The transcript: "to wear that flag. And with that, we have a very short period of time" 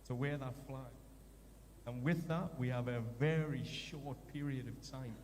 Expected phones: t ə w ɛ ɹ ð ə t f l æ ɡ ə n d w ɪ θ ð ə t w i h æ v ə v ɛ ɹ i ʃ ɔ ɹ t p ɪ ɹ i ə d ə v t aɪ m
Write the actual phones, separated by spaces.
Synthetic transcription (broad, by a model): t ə w ɛ ɹ ð ə t f l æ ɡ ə n w ɪ ð ə t w i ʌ v ə v ɛ ɹ i ʃ ɔ ɹ t p ɪ ɹ i ə d ə v t aɪ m